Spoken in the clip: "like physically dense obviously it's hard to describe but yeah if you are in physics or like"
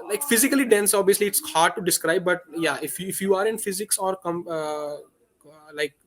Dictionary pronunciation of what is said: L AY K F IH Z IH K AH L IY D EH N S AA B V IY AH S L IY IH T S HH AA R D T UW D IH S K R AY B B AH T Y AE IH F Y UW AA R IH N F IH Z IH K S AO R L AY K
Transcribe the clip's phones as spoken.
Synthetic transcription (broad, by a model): L AY K F IH Z IH K AH L IY D EH N S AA B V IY AH S L IY IH T S HH AA R D T UW D IH S K R AY B B AH T Y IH IH F Y UW AA R IH N F IH Z IH K S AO R L AY K